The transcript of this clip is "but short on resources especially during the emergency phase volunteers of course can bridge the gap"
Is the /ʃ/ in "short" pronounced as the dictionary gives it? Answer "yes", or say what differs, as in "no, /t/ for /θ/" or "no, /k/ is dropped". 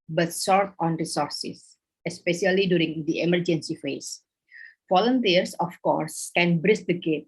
no, /s/ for /ʃ/